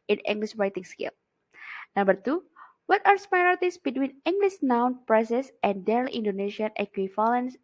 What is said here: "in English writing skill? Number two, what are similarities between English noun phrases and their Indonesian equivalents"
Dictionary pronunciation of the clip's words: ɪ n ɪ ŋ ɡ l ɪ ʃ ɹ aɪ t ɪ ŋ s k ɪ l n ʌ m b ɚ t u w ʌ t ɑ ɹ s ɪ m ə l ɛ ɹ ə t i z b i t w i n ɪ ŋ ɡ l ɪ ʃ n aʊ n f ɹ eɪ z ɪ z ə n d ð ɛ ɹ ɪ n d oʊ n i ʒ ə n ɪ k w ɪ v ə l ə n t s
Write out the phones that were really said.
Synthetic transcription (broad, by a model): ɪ n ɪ ŋ ɡ l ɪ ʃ ɹ aɪ t ɪ ŋ s k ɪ l n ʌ m b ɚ t u w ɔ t ɑ ɹ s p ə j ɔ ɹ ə t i s b i t w i n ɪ ŋ ɡ l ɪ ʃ n aʊ n p ɹ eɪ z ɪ s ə n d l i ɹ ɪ n d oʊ n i ʃ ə n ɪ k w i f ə l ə n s